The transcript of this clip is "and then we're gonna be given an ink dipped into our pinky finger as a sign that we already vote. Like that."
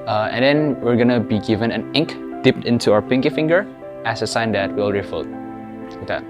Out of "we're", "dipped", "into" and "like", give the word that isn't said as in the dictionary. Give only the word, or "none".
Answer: like